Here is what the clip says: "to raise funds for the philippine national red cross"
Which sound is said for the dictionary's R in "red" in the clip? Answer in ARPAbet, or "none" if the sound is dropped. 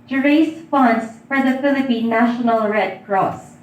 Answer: R